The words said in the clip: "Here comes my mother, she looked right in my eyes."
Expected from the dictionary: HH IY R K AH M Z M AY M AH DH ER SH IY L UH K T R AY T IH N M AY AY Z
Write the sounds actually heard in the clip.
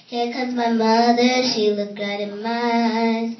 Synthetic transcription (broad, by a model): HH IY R K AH Z M AY M AH DH ER SH IY L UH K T R AY T IH N M AY AY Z